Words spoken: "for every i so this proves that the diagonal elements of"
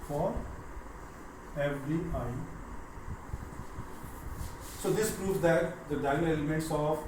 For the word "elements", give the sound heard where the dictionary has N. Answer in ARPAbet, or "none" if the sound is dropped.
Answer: N